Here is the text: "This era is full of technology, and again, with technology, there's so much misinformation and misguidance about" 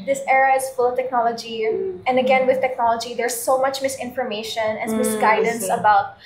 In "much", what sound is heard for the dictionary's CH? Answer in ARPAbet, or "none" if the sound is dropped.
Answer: CH